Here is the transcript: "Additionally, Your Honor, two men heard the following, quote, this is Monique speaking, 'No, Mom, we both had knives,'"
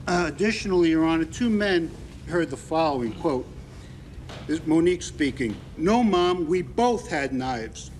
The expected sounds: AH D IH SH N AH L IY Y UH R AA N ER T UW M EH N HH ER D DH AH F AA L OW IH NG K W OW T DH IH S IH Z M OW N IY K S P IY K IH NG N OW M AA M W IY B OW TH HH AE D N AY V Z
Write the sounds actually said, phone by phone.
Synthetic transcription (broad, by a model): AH D IH SH N L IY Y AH R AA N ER T UW M EH N HH ER D DH AH F AA L OW IH NG K W OW T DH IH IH M OW N IY K S P IY K IH NG N OW M AA M W IY B OW TH HH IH D N AY V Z